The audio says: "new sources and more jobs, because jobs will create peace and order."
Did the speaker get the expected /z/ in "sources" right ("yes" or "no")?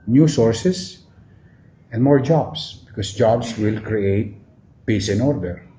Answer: no